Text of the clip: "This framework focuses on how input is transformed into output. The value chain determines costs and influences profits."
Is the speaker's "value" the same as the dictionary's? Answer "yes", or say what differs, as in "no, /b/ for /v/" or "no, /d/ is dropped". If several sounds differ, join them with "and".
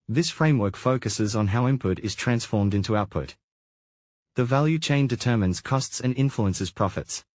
yes